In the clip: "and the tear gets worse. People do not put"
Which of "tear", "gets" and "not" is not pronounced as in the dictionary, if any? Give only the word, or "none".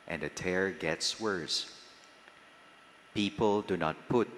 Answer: none